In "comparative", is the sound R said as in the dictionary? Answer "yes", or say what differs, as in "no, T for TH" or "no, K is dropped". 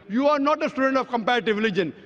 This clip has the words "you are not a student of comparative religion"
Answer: yes